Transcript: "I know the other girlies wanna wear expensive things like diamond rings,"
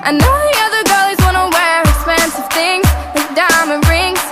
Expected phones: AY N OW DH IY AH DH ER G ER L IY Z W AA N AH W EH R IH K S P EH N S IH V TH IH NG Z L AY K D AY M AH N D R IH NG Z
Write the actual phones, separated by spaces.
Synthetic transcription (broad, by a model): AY N OW DH IY AH DH ER G ER L IY Z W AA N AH W EH R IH K S P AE N S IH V TH IH NG Z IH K D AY M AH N R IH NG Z